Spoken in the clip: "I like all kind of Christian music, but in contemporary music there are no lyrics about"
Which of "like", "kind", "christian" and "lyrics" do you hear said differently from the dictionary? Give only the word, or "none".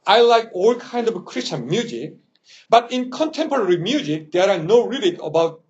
lyrics